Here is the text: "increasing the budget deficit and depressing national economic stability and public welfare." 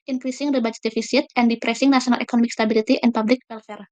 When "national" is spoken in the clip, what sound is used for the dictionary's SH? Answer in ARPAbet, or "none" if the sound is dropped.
S